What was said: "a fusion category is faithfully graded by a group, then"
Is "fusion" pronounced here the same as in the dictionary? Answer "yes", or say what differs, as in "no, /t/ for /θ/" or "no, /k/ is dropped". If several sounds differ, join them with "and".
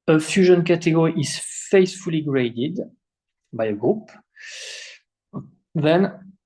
yes